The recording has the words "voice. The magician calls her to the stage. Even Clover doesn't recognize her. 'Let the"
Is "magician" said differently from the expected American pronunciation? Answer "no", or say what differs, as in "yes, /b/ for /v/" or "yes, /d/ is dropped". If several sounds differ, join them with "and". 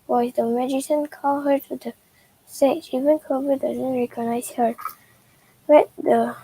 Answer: yes, /s/ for /ʃ/